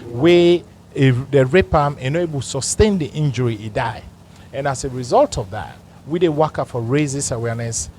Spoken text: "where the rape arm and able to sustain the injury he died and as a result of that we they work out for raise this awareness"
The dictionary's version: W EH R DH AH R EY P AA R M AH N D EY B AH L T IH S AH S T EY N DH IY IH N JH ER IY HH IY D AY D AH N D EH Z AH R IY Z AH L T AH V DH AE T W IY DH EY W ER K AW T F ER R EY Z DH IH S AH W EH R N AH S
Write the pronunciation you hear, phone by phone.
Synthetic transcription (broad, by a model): W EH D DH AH R EY P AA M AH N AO AH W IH S AH S T EY N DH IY IH N JH ER IY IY D AY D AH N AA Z AH R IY Z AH L T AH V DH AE T W IY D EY W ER K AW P F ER R EY Z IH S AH W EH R N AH S